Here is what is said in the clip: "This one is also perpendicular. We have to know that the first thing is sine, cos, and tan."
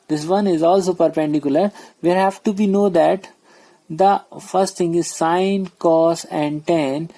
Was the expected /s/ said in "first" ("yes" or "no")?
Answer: yes